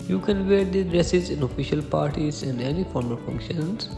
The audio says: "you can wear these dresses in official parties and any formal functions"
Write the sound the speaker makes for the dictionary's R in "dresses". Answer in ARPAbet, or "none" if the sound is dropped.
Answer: R